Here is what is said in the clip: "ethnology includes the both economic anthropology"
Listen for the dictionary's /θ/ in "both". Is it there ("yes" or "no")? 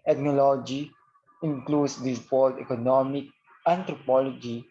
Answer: no